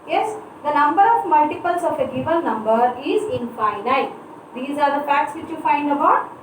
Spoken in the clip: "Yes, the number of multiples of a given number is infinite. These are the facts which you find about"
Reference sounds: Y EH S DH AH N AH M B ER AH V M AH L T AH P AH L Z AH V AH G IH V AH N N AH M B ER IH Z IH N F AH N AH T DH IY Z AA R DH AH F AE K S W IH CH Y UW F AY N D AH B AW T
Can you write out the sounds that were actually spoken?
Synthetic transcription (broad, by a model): Y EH S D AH N AH M B ER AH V M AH L T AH P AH L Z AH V AH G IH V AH L N AH M B ER IH Z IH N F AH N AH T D IY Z AA R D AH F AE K S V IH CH Y UW F AY N D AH B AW T